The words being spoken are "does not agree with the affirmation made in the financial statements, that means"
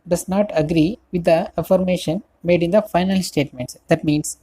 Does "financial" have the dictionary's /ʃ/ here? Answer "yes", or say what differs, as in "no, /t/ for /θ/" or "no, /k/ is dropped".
no, /ʃ/ is dropped